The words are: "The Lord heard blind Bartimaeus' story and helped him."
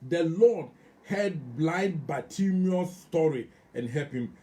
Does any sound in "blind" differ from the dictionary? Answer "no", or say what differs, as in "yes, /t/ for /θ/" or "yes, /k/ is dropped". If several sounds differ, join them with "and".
yes, /n/ is dropped